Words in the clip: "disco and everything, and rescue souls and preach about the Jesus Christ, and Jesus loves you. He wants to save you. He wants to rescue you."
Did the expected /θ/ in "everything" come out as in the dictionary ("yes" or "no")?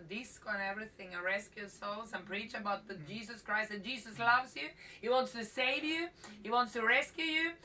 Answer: yes